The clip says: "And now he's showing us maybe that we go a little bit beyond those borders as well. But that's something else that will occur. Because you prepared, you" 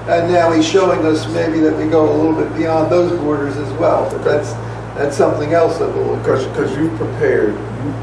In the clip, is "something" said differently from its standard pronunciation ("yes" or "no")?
no